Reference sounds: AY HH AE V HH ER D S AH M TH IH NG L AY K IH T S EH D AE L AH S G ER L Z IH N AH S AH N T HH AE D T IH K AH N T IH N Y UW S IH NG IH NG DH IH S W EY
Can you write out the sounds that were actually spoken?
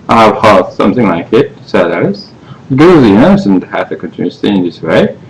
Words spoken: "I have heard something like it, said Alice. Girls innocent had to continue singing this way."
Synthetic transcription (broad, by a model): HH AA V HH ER S AH M TH IH NG L AY K IH T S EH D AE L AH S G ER Z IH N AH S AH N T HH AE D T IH K AH N T IH N Y UW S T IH DH IH S W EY